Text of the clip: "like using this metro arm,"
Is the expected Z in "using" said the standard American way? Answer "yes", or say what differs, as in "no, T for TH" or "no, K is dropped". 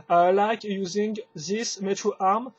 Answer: yes